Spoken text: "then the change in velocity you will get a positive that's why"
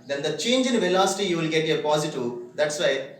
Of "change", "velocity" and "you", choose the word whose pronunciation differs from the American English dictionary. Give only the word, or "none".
none